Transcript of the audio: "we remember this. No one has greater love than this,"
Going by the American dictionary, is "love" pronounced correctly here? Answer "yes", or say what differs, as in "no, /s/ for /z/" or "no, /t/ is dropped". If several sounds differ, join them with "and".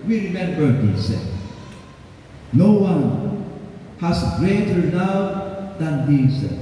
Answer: no, /n/ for /l/